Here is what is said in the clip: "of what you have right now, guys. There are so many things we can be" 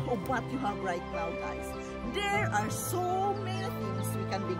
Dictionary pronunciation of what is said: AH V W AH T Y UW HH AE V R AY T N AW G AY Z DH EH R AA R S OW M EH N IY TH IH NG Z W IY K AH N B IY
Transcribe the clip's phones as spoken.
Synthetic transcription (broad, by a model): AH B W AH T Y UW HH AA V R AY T L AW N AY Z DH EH R AA R S OW M EH N IY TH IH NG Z W IY K AH N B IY